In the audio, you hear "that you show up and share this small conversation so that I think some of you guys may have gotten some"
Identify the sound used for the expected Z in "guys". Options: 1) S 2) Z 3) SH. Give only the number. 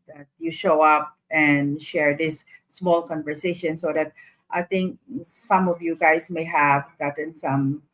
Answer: 1